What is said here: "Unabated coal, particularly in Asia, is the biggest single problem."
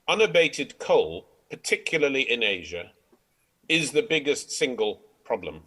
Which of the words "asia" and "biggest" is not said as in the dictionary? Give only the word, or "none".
none